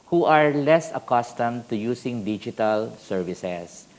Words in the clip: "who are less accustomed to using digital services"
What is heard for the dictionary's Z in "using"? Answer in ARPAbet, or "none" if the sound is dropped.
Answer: S